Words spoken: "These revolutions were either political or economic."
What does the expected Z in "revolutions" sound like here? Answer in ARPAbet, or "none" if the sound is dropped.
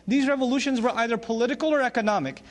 Z